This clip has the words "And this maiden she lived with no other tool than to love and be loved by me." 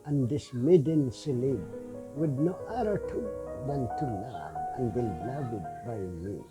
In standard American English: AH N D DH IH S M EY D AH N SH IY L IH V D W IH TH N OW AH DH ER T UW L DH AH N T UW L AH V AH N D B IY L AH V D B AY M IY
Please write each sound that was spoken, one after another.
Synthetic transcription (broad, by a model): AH N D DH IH S M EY D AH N S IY L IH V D W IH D N OW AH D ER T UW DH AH N T UW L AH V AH N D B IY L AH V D B AY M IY